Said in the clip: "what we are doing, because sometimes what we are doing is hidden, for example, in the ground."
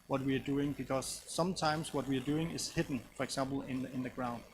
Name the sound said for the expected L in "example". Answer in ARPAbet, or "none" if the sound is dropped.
N